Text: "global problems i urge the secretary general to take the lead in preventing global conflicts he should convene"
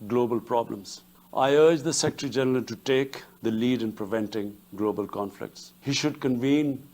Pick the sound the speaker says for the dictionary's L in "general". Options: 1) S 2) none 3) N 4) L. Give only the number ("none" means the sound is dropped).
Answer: 3